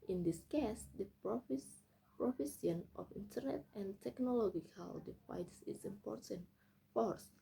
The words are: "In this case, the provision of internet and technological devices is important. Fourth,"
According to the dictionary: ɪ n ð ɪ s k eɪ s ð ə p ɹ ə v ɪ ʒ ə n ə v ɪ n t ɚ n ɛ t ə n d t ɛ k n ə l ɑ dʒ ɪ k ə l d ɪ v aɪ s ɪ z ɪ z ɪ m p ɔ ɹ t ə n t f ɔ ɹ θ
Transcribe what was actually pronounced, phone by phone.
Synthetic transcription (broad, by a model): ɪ n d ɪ s k eɪ s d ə p ɹ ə f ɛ s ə n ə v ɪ n t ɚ n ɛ t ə n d t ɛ k n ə l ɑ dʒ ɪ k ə l d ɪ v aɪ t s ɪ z ɪ m p ɔ ɹ t ə n t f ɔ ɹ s